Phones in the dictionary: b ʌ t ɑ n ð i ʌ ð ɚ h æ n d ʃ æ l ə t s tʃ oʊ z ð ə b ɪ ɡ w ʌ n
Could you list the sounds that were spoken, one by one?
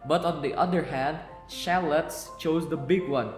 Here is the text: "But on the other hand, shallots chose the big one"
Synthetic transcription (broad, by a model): b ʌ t ɑ n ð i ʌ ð ɚ h æ n d ʃ æ l ə t s tʃ oʊ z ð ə b ɪ ɡ w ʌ n